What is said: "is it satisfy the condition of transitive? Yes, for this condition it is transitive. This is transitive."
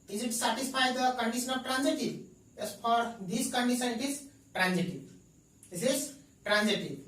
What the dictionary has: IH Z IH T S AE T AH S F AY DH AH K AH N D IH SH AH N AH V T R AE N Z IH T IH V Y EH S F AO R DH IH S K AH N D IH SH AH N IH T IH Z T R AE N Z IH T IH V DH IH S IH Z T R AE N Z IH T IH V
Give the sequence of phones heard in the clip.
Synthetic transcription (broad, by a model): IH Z IH T S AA T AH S P AY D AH K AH N D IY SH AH N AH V T R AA N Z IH T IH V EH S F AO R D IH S K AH N D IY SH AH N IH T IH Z T R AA N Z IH T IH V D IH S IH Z T R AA N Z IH T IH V